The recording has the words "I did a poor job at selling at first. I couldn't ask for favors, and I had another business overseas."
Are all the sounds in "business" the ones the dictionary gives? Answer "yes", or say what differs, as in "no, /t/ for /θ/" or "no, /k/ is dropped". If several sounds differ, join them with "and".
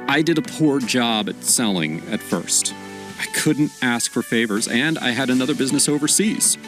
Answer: yes